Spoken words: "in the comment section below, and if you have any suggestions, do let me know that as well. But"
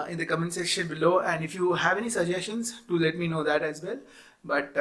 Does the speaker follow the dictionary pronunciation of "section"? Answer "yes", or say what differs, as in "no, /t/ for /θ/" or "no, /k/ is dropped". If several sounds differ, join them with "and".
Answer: no, /k/ is dropped